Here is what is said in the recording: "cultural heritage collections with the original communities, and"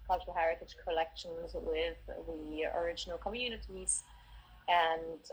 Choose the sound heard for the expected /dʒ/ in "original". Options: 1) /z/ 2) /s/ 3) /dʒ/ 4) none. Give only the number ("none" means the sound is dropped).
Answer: 3